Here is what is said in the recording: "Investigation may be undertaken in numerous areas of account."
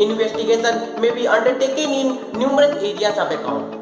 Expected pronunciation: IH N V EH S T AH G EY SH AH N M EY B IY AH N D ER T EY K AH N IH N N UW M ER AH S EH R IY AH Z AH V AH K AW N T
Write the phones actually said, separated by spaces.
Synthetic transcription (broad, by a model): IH N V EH S T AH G EY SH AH N M EY B IY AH N D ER T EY K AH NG IH N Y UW M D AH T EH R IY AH S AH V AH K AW